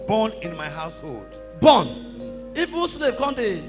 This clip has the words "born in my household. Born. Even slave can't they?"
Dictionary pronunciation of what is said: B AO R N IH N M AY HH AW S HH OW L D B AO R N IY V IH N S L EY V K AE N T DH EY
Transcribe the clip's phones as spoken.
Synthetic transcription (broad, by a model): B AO N IH N M AY HH AW S HH OW L D B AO N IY B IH S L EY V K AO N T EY